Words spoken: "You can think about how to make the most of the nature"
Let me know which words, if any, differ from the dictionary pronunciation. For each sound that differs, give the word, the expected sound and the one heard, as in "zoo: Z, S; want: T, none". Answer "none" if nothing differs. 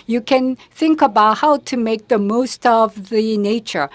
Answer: none